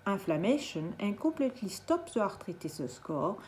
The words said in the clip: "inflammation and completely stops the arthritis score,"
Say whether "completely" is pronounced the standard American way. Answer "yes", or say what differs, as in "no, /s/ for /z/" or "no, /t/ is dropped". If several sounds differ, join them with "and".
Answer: no, /m/ is dropped